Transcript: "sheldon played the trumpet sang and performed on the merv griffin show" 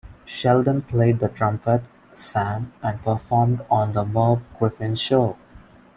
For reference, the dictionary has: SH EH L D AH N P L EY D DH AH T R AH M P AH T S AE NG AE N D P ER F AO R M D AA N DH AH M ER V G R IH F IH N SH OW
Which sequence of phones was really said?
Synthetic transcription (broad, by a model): SH EH L D AH N P L EY D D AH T R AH M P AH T S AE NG AE N D P ER F AO R M D AA N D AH M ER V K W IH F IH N SH OW